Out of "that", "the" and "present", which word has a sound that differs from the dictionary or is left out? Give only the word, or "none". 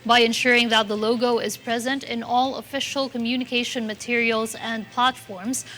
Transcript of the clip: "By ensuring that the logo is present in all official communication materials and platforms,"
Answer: none